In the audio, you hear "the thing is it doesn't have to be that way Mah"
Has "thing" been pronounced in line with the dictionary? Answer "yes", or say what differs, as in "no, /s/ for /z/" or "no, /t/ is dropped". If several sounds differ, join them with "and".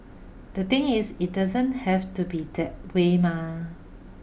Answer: no, /t/ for /θ/